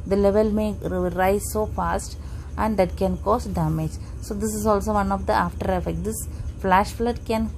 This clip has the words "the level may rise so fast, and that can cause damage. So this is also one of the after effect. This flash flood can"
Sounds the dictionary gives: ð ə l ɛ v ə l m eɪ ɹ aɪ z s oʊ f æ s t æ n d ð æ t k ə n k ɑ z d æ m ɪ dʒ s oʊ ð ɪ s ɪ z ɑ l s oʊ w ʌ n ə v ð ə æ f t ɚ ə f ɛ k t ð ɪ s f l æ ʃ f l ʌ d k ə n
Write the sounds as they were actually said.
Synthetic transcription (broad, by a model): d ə l ɛ v ə l m eɪ ɹ aɪ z s oʊ f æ s t æ n d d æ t k ə n k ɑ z d æ m ɪ dʒ s oʊ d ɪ s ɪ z ɑ l s oʊ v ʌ n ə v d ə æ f t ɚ ə f ɛ k t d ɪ s f l æ ʃ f l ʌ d k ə n